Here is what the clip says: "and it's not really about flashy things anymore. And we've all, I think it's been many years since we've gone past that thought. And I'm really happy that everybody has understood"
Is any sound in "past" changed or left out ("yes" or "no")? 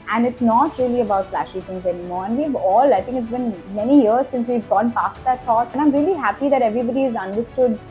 no